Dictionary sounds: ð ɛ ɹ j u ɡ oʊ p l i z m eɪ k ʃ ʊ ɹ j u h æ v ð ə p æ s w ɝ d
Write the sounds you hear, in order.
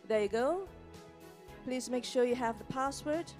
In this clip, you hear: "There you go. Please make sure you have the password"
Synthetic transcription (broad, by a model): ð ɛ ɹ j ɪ ɡ oʊ p l i z m eɪ k ʃ ʊ ɹ j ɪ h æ v ð ə p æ s w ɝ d